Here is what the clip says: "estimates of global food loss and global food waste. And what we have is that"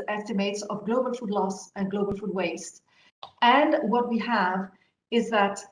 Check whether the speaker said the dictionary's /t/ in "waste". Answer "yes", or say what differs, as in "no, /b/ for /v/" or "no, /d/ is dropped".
yes